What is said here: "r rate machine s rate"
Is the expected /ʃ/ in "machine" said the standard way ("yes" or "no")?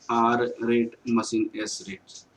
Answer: no